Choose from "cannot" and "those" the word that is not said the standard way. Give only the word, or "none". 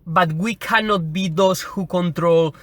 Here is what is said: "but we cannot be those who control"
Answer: those